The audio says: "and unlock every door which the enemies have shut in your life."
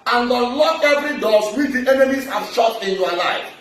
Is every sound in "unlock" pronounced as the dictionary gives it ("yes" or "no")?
no